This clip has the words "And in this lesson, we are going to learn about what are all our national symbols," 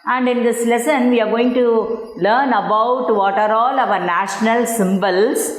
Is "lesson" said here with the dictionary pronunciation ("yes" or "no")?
yes